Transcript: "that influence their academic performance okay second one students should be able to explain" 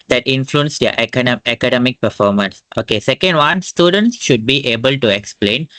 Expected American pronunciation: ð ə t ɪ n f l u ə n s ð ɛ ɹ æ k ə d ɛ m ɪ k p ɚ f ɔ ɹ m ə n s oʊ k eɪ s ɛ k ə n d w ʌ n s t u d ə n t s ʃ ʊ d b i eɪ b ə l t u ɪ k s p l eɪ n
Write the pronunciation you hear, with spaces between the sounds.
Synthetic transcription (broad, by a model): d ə t ɪ n f l u ə n s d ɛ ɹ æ k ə d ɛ m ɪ k p ɚ f ɔ ɹ m ə n s oʊ k eɪ s ɛ k ə n d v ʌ n s t u d ə n t s ʃ ʊ d b i eɪ b ə l t u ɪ k s p l eɪ n